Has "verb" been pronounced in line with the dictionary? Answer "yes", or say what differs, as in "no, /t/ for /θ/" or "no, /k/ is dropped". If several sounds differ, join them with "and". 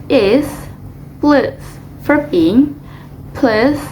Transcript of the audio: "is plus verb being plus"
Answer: no, /f/ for /v/